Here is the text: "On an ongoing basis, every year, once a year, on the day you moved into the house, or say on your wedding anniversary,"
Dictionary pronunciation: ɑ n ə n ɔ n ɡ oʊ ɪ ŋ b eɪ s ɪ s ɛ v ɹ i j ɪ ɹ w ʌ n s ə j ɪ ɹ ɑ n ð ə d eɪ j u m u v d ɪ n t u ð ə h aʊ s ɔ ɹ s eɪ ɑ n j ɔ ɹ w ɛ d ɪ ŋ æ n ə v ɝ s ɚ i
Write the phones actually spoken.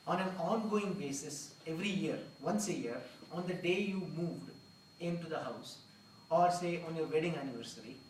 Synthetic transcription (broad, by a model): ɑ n ə n ɔ n ɡ oʊ ɪ ŋ b eɪ s ɪ s ɛ v ɹ i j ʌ ɹ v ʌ n s ə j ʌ ɹ ɑ n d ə d eɪ j u m u v d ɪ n t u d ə h aʊ s ɔ ɹ s eɪ ɑ n j ɔ ɹ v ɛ d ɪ ŋ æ n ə v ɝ s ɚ i